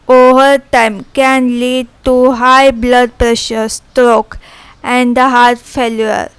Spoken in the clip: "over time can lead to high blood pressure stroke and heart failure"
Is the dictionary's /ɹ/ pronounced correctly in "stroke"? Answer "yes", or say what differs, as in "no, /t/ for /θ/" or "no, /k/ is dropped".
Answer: yes